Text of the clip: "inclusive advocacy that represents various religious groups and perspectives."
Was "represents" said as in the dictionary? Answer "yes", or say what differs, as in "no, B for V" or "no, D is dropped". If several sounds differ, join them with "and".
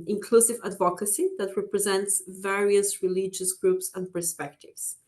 yes